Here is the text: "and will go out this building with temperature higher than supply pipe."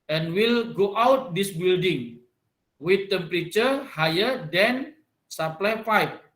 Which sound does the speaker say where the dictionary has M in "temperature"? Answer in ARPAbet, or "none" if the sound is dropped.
M